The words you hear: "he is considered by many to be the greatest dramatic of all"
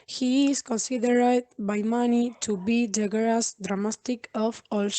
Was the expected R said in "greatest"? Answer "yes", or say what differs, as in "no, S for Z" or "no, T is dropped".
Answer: no, R is dropped